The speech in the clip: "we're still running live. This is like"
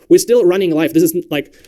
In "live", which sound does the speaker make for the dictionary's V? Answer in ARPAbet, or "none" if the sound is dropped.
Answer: F